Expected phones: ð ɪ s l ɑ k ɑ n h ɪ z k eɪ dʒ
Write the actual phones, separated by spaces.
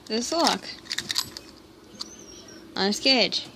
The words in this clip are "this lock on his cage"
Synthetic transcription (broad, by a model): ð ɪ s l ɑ k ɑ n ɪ s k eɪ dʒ